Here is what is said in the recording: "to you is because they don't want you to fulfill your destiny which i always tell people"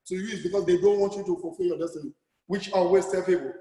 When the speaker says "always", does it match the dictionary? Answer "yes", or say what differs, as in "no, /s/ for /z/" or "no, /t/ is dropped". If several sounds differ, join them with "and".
no, /l/ is dropped and /s/ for /z/